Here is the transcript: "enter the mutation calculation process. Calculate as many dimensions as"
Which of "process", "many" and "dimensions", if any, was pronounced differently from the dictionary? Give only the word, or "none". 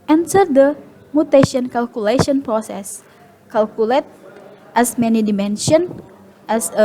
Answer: dimensions